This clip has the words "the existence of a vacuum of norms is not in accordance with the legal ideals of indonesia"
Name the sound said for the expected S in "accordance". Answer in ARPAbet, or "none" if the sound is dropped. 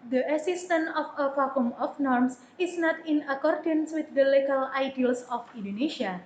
S